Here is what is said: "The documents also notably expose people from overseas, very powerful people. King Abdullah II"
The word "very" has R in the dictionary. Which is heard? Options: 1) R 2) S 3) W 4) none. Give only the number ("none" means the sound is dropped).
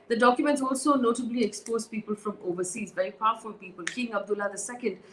4